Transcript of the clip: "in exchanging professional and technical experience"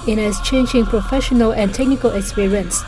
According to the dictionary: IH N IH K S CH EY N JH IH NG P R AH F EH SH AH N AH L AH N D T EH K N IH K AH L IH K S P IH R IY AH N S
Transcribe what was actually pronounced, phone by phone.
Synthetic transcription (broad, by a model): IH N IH S CH EY N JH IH NG P R AH F EH SH AH N AH L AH N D T EH K N IH K AH L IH K S P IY R IY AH N S